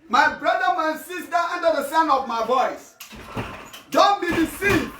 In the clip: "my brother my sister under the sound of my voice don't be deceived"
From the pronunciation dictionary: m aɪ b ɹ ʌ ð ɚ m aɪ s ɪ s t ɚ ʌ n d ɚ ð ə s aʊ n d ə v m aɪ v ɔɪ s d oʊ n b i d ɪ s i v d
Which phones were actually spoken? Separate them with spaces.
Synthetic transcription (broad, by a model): m aɪ b ɹ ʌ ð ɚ m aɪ s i s t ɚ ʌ n d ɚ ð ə s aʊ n ə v m aɪ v ɔɪ s d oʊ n b i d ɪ s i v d